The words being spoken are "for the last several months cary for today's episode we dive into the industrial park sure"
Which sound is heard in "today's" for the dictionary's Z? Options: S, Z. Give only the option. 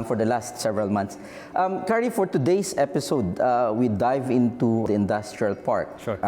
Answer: S